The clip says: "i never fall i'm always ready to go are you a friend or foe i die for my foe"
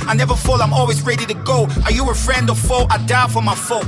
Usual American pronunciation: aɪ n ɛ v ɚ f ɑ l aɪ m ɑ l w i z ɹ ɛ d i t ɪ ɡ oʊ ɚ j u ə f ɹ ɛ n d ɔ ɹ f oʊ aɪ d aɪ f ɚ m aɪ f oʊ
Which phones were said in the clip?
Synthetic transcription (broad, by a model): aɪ n ɛ v ɚ f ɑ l aɪ m ɑ l w i z ɹ ɛ d i t ɪ ɡ oʊ ɚ j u ə f ɹ ɛ n d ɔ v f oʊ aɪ d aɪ f ɚ m aɪ f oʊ